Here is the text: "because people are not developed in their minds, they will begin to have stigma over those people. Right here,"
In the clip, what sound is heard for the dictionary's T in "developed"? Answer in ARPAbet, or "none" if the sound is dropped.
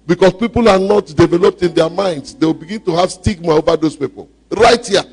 T